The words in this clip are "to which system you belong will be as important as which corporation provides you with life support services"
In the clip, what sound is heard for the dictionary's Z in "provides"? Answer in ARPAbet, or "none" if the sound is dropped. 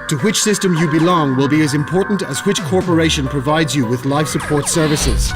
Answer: Z